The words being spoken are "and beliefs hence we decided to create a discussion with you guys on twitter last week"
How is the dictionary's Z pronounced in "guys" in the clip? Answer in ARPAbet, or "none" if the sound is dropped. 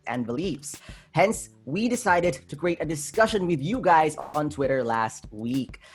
Z